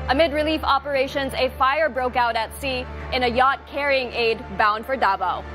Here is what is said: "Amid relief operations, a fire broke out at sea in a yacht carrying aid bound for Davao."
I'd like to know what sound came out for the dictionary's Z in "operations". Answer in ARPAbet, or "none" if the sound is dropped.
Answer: Z